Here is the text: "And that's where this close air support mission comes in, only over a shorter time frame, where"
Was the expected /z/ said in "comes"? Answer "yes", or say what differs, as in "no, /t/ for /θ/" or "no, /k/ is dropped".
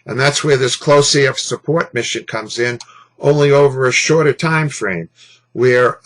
yes